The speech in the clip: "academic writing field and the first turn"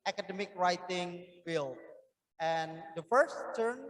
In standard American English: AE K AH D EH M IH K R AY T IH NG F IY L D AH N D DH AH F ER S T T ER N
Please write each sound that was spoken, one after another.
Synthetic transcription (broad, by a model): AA K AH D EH M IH K R AY T IH NG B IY L AH N D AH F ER S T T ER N